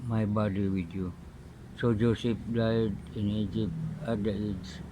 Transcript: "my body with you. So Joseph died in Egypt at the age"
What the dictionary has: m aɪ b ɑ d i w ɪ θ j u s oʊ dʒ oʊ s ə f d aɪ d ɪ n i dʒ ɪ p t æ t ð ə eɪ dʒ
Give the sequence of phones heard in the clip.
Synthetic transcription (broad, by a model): m aɪ b ɑ d i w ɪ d j u s oʊ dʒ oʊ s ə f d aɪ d ɪ n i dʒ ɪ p æ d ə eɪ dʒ